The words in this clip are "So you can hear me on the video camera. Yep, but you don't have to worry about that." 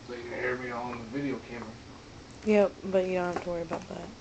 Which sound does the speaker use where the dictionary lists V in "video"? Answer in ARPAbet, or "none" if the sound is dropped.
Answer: V